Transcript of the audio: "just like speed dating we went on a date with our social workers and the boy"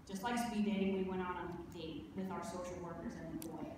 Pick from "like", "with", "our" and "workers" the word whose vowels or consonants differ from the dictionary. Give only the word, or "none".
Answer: none